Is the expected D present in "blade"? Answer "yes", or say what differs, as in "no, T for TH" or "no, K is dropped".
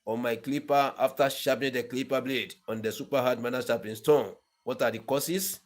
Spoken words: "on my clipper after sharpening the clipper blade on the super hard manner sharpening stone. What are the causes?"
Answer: yes